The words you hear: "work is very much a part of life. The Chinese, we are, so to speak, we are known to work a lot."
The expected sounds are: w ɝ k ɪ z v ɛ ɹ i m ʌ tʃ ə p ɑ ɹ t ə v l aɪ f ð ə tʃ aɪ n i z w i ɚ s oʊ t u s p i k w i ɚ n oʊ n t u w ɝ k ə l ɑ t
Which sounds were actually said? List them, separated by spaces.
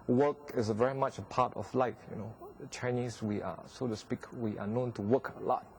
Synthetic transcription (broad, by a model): w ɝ k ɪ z v ɛ ɹ i m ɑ tʃ ə p ɑ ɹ t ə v l aɪ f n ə tʃ aɪ n i s w i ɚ s oʊ t u s p i k w i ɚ n oʊ n t u w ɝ k ə l ɑ t